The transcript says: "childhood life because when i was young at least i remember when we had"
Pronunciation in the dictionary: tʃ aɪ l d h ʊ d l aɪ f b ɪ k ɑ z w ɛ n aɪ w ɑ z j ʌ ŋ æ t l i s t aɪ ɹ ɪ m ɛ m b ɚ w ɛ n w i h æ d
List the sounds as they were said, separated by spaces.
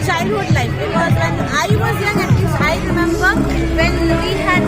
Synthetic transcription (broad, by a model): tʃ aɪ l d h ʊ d l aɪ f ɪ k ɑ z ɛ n aɪ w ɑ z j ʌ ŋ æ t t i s aɪ ɹ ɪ m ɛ m b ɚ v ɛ n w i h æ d